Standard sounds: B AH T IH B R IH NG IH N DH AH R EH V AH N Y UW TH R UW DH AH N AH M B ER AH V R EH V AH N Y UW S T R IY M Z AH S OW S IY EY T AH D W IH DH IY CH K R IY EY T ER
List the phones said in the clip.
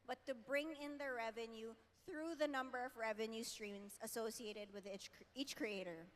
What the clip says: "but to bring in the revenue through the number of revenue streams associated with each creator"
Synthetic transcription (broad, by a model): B AH T IH B R IH NG IH N DH AH R EH V AH N Y UW TH R UW DH AH N AH M B ER AH V R EH V AH N Y UW S T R IY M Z AH S OW S IY EY T AH D W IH DH IY CH K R IY EY T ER